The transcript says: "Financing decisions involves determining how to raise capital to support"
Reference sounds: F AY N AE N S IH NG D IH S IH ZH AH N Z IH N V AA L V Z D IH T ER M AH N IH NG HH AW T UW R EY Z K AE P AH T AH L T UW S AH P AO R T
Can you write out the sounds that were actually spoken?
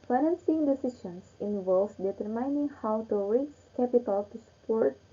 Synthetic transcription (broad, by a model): F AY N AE N S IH NG D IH S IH S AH N S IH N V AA L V D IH T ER M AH N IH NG HH AW T UW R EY S K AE P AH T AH L T UW S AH P AO R T